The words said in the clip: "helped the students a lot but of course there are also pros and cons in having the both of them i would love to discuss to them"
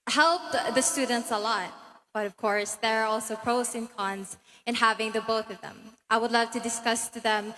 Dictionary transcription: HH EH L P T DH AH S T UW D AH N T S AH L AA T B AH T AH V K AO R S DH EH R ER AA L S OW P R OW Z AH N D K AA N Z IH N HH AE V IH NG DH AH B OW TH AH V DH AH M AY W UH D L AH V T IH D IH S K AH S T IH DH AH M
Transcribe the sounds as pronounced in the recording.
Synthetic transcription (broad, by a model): HH EH L P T DH AH S T UW D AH N T S AH L AA T B AH T AH V K AO R S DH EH R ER AA L S OW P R OW S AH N K AA N Z IH N HH AE V IH NG DH AH B OW TH AH V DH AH M AY W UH D L AH V T IH D IH S K AH S T IH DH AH M